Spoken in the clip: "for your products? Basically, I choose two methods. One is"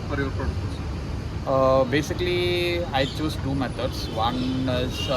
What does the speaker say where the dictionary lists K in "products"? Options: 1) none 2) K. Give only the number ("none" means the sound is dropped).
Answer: 1